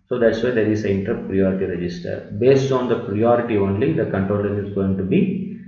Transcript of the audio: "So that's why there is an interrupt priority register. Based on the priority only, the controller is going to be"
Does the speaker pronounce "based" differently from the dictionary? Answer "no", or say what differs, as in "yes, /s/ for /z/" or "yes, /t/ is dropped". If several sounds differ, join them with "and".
no